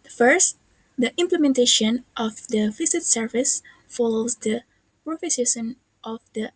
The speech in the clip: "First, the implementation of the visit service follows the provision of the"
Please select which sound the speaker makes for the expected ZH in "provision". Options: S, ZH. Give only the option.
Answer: S